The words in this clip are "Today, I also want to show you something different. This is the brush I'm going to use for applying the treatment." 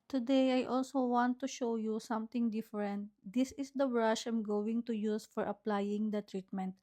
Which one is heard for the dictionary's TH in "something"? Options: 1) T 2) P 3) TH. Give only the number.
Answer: 1